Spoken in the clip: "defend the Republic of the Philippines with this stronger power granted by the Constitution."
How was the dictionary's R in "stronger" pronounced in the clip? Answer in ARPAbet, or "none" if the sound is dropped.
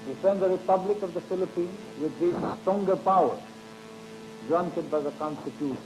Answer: none